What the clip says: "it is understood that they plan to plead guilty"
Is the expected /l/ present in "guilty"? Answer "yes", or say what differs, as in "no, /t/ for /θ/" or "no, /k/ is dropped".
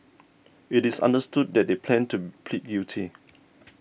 no, /l/ is dropped